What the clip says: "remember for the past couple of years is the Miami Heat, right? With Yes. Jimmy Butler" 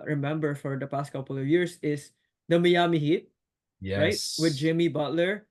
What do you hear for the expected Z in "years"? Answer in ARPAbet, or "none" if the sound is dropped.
S